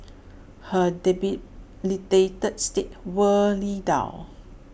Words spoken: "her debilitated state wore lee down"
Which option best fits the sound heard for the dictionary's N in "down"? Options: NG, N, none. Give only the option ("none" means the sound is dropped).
none